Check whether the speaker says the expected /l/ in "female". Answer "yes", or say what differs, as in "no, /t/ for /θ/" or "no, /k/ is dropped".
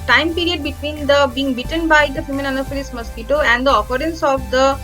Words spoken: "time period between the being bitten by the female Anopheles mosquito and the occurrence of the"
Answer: no, /n/ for /l/